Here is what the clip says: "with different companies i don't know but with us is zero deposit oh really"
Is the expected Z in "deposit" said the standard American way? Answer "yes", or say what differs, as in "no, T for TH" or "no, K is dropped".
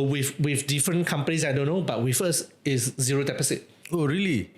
no, S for Z